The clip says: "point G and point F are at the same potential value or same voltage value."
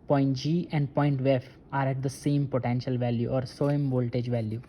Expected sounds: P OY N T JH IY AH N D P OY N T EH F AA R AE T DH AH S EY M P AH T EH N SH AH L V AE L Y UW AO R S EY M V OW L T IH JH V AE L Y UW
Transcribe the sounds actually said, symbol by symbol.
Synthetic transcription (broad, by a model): P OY N T JH IY AH N D P OY N T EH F AA R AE T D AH S EY M P AH T EH N SH AH L V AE L Y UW AO R S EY M V OW L T IH JH V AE L Y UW